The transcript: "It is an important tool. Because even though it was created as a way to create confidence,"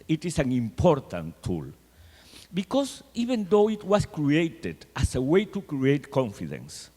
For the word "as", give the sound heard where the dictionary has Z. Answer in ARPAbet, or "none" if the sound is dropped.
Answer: S